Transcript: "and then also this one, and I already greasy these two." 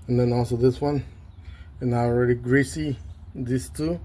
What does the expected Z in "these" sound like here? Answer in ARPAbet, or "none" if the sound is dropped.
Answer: S